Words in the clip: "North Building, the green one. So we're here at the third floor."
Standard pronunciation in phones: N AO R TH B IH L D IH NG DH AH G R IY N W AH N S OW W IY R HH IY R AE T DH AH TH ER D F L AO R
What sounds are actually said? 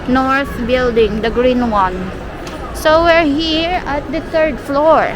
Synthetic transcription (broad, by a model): N AO R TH B IH L D IH NG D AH G R IY N W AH N S OW W IY R HH IY R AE T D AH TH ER D F L AO R